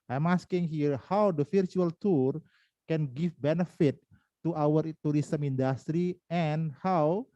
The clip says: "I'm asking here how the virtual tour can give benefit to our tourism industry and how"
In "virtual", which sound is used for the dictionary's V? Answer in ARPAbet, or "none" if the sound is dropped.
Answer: F